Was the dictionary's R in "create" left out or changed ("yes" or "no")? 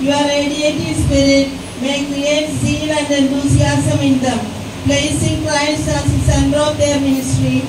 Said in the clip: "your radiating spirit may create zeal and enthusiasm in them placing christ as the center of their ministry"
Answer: yes